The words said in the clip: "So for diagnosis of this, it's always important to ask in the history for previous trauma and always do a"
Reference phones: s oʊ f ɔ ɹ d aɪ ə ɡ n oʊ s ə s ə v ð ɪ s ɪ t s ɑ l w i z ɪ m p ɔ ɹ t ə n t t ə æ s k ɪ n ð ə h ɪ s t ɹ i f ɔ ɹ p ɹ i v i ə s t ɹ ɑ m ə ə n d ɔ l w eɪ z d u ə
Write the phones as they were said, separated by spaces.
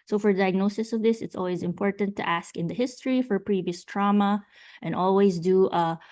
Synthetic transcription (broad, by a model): s oʊ f ɔ ɹ d aɪ ə ɡ n oʊ s ə s ə v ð ɪ s ɪ t s ɑ l w i z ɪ m p ɔ ɹ t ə n t t æ s k ɪ n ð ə h ɪ s t ɹ i f ɔ ɹ p ɹ i v i ə s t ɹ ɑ m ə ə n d ɔ l w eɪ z d u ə